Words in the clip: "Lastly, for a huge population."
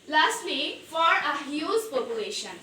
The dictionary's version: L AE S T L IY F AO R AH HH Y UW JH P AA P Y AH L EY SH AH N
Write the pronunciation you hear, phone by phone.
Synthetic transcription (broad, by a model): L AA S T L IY F AO R AH HH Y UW Z P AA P Y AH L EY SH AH N